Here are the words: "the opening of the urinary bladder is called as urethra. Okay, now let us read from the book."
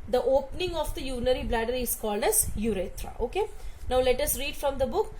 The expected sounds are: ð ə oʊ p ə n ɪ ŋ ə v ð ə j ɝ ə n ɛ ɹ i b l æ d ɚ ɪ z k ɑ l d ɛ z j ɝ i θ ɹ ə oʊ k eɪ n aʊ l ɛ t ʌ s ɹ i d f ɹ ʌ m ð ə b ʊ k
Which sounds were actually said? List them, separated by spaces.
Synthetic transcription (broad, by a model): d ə oʊ p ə n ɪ ŋ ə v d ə j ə n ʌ ɹ i b l æ d ɚ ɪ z k ɑ l d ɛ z j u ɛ t ɹ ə oʊ k eɪ n aʊ l ɛ t ʌ s ɹ i d f ɹ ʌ m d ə b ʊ k